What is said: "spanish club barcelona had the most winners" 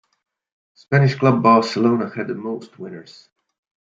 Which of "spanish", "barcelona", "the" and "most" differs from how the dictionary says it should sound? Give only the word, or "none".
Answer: none